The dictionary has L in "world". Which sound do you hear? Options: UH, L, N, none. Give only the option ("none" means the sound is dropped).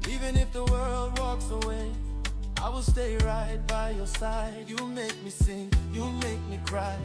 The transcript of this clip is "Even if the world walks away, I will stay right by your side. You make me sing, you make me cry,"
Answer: L